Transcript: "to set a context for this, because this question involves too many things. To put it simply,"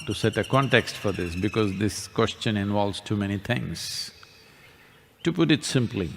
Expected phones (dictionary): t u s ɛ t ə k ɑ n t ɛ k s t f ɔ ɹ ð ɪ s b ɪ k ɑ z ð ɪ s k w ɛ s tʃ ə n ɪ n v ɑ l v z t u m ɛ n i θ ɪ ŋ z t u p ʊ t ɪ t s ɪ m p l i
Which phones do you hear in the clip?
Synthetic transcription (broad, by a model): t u s ɛ t ə k ɑ n t ɛ k s t f ɔ ɹ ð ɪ s b ɪ k ɑ z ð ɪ s k w ɛ s tʃ ə n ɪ n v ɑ l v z t u m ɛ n i t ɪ ŋ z t u p ʊ t ɪ t s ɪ m p l i